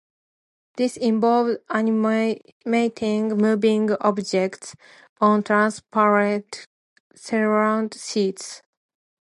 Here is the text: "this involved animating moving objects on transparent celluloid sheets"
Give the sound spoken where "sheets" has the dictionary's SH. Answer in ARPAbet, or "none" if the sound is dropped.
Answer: S